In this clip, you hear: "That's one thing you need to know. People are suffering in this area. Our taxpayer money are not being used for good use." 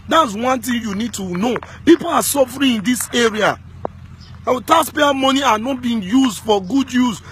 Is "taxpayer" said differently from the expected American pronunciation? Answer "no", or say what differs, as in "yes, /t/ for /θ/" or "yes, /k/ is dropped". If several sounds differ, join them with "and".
yes, /k/ is dropped